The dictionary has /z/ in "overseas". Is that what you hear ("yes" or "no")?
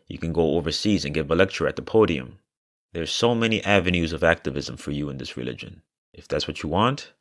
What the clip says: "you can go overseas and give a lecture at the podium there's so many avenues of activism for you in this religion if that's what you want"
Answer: yes